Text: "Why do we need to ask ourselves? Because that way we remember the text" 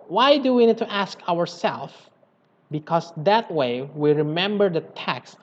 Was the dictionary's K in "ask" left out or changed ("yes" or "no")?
no